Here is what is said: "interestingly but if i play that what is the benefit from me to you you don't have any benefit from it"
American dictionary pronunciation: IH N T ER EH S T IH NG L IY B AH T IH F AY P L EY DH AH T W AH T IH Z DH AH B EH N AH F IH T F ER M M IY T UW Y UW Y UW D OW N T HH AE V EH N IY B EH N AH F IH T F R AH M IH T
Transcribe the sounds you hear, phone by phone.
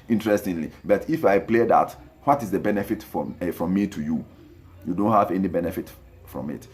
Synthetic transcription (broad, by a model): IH N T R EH S T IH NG L IY B AH T IH F AY P L EY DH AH T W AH T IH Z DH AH B EH N AH F IH T F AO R M IY T UW Y UW Y UW D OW N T HH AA V EH N IY B EH N AH F IH T F R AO M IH T